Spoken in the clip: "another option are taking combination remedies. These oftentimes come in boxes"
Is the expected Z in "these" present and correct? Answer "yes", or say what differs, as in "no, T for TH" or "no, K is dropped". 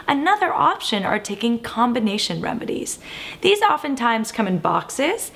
yes